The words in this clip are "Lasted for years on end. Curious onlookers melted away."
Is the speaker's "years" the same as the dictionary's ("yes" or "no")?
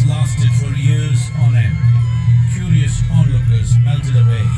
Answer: yes